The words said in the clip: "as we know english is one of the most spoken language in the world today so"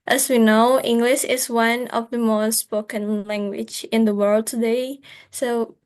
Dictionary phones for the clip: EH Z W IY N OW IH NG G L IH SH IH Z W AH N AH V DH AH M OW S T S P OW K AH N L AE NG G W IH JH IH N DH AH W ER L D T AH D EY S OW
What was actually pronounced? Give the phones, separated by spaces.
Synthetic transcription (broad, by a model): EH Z W IY N OW IH NG G L IH SH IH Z W AH N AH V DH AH M OW S T S P OW K AH N L AE NG G W IH JH IH N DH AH W ER L D T AH D EY S OW